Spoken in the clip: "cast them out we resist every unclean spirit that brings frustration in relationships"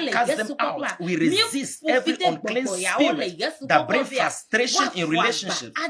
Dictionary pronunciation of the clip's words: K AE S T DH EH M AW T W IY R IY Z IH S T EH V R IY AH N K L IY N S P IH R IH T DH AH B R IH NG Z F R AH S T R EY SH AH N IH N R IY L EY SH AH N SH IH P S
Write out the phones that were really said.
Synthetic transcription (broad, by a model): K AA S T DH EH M AW T W IY R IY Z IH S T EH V IY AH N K L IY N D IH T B R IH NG F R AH S T R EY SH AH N IH N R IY L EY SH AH N SH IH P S